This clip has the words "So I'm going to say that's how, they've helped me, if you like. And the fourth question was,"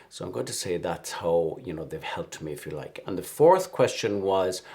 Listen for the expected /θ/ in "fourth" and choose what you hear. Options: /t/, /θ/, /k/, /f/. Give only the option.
/θ/